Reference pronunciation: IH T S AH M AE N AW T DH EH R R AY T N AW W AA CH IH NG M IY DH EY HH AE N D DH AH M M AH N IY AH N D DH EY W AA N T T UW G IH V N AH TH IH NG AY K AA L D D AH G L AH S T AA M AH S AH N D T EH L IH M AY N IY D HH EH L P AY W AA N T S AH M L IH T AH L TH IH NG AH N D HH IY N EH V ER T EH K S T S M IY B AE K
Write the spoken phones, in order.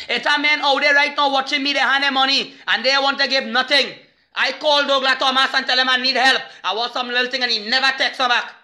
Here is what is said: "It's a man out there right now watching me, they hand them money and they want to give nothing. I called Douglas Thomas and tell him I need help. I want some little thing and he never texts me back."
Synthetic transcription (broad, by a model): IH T AH M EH N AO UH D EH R R AY T N AW W AA CH IH NG M IY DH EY HH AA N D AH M M AH N IY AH N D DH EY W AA N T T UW G IH V N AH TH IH NG AY K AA L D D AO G L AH T AA M AH S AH N T EH L IH M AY N IY D HH EH L P AY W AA S AH M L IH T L T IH NG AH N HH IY N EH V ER T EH K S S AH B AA K